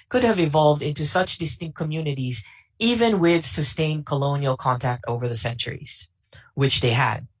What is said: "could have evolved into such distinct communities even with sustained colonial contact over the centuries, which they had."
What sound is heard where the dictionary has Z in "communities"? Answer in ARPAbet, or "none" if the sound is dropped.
Z